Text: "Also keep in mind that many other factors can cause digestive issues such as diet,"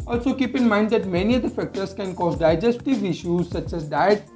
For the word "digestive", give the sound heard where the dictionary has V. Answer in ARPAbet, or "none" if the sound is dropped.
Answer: V